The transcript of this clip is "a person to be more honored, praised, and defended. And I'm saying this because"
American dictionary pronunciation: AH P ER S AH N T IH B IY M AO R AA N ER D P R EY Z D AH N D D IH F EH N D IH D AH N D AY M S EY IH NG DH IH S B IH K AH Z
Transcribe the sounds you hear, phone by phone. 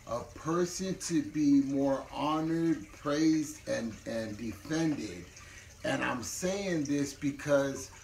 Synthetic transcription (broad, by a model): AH P ER S AH N T IH B IY M AO R AA N ER D P R EY Z D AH N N D IH F EH N D IH D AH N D AY M S EY IH NG DH IH S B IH K AH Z